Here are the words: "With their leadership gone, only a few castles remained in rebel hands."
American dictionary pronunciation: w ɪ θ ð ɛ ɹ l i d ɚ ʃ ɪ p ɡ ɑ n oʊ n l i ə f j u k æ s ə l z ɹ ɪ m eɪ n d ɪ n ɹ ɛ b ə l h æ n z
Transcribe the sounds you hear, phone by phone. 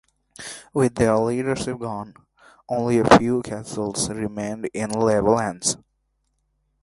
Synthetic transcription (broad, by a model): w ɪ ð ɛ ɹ l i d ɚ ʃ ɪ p ɡ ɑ n oʊ n l i ə f j u k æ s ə l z ɹ ɪ m eɪ n d ɪ n l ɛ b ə l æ n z